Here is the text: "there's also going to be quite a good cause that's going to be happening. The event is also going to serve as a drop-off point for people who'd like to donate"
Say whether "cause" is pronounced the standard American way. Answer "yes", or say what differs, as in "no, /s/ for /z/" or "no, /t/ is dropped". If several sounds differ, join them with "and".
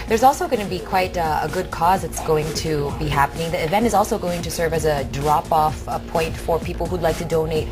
yes